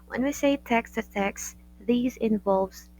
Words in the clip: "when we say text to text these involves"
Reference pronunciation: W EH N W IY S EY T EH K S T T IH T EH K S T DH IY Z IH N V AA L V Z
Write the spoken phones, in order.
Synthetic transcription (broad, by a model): W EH N W IY S EY T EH K S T T IH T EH K S DH IY Z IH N V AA L V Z